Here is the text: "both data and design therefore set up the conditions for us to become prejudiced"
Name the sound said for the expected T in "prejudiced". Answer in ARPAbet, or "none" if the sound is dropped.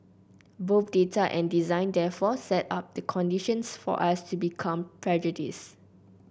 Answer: none